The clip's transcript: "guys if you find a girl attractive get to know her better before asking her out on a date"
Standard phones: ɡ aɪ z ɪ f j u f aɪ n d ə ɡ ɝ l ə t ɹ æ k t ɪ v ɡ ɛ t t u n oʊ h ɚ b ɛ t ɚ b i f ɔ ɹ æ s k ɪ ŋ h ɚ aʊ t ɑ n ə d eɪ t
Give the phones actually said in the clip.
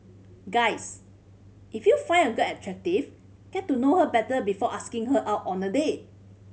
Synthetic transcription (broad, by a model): ɡ aɪ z ɪ f j u f aɪ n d ə ɡ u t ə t ɹ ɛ k t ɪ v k ɛ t t u n oʊ h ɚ b ɛ t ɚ b i f ɔ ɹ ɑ s k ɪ ŋ h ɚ aʊ t ɑ n ə d eɪ